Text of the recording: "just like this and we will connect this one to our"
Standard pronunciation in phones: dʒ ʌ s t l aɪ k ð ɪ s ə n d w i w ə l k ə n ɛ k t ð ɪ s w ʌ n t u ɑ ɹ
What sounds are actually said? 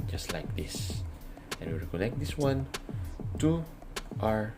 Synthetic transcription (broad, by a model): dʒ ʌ s t l aɪ k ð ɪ s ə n w i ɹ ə k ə l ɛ k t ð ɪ s w ʌ n t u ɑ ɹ